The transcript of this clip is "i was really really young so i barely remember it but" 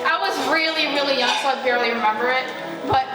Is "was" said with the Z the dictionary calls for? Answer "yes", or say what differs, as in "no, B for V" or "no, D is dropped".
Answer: yes